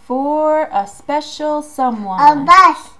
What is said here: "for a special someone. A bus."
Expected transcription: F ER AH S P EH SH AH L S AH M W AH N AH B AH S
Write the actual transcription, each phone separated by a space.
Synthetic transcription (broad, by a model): F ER AH S P EH SH AH L S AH M W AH AH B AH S